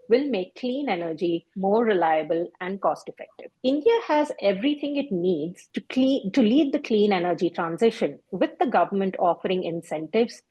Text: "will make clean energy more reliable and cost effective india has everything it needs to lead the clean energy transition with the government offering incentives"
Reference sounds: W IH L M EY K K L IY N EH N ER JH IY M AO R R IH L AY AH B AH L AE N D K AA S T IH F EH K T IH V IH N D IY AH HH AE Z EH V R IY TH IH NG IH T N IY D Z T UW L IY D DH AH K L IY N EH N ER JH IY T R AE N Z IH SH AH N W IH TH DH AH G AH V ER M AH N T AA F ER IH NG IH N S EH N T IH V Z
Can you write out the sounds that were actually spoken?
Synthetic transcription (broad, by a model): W IH L M EY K K L IY N EH N ER JH IY M AO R R IH L AY AH B AH L AE N D K AA S T IH F EH K T IH V IH N D IY AH HH AE Z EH V R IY T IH NG IH T N IY D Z T UW L IY D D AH K L IY N EH N ER JH IY T R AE N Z IH SH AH N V IH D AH G AH V ER M AH N T AA F ER IH NG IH N S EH N T IH V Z